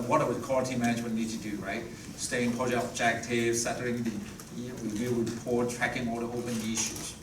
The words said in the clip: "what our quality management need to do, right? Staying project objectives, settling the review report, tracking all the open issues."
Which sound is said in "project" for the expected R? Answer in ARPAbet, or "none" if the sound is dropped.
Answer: none